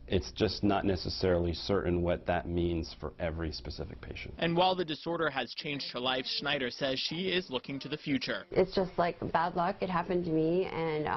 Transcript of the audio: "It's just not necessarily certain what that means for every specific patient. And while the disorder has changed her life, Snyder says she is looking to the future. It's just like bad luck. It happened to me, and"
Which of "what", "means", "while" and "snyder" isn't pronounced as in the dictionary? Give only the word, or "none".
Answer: snyder